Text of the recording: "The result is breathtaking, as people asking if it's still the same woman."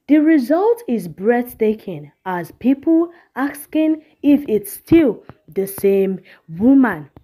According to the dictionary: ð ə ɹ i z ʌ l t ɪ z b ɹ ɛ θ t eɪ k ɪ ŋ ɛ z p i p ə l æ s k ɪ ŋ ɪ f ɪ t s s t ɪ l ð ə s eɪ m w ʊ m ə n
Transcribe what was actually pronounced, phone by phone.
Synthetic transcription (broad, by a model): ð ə ɹ i z ʌ l t ɪ z b ɹ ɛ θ t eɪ k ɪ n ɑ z p i p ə l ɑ s k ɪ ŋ ɪ f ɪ t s s t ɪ l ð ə s eɪ m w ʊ m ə n